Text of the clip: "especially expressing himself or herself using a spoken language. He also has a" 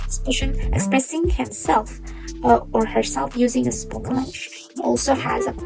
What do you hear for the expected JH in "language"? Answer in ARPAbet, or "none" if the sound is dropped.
SH